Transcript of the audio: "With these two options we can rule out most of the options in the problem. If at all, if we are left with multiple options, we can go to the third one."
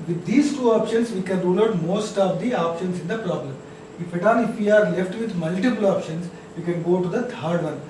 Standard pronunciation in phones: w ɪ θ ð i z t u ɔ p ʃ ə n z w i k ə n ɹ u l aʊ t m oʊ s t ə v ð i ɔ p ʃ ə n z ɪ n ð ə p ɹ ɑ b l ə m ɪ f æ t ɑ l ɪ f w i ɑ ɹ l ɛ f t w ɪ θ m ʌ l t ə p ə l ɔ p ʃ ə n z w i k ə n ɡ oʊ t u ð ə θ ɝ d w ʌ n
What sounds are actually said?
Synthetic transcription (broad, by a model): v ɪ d i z t u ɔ p ʃ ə n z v i k ə n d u n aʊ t m oʊ s t ə v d i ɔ p ʃ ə n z ɪ n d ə p ɹ ɑ b l ə m ɪ f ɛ t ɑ n ɪ f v i ɑ ɹ l ɛ f t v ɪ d m ʌ l t ə p ə l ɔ p ʃ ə n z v i k ə n ɡ oʊ t u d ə t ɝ d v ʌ n